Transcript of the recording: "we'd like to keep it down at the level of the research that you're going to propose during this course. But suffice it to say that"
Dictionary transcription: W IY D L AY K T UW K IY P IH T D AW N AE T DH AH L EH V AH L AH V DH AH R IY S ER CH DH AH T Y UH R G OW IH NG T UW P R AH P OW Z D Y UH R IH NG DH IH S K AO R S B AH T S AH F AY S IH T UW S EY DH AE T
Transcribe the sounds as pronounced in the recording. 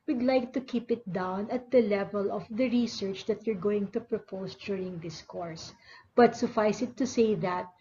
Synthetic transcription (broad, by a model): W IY D L AY K T UW K IY P IH T D AW N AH T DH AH L EH V AH L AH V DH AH R IY S ER CH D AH T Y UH R G OW IH NG T UW P R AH P OW S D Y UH R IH NG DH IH S K AO R S B AH T S AH F AY S IH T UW S EY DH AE T